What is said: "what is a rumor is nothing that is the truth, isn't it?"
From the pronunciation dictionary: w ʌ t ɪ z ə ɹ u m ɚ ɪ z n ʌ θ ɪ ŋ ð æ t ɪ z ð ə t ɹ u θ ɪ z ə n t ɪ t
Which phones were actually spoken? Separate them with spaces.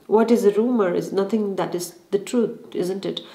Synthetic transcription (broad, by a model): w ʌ t ɪ z ə ɹ u m ɚ ɪ z n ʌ t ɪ ŋ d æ t ɪ z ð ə t ɹ u t ɪ z ə n t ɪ t